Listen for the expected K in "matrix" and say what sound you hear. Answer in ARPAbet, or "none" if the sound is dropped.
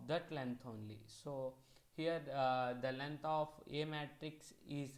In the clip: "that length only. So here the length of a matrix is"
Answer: K